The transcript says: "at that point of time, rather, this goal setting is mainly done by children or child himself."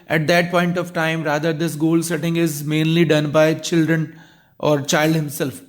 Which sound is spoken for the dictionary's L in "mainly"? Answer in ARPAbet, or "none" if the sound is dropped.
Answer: L